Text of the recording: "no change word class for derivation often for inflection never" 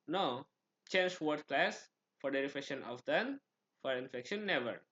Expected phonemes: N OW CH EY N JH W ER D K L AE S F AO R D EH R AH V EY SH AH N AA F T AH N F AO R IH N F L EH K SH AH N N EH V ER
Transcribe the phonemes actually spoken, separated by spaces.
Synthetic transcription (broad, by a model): N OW CH EY N JH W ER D K L AE S F AO R D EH R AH F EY SH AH N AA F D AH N F AO R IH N F EH K SH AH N N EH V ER